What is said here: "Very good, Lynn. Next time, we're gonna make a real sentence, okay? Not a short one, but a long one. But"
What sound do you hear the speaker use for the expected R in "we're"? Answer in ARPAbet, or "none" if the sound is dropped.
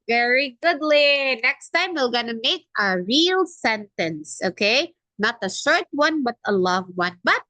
L